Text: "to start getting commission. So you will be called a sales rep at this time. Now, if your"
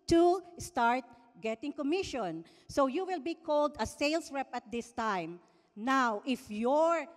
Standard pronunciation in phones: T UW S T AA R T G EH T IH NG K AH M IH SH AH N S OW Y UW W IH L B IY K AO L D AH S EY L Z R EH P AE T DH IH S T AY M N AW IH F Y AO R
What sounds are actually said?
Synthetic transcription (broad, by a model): T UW S T AA R T G EH T IH NG K AH M IH SH AH N S OW Y UW W IH L B IY K AO L D AH S EY L S R EH P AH T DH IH S T AY M N AW IH F Y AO R